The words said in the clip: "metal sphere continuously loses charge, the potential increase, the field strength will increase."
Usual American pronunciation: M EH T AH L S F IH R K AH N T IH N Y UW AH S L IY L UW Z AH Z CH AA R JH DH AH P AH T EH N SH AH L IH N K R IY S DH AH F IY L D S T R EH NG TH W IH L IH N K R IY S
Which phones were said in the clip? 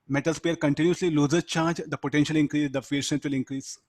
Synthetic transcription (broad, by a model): M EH T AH L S P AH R K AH N T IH N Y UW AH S L IY L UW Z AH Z CH AA R JH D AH P AH T EH N SH AH L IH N K R IY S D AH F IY D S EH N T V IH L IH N K R IY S